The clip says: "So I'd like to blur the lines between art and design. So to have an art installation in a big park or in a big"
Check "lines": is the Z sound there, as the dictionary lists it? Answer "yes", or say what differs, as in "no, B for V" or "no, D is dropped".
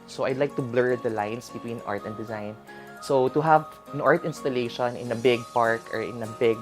no, S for Z